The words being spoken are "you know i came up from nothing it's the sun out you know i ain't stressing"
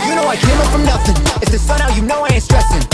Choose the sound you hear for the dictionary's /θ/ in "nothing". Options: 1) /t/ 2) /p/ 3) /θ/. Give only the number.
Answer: 3